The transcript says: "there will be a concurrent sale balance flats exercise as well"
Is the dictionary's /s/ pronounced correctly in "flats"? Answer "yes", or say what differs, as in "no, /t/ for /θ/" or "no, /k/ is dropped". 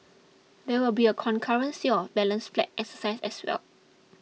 no, /s/ is dropped